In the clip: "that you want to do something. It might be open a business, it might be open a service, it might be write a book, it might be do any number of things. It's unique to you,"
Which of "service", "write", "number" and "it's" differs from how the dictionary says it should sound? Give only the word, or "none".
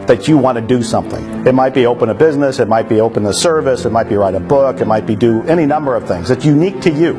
none